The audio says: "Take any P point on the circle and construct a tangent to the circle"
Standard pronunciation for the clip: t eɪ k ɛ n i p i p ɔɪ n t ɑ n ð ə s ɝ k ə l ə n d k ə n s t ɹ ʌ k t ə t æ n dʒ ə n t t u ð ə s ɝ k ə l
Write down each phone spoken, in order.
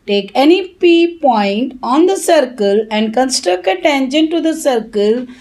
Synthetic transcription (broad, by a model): t eɪ k ɛ n i p i p ɔɪ n t ɑ n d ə s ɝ k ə l ə n d k ə n s t ɹ ʌ k t ə t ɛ n ʃ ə n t t u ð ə s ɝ k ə l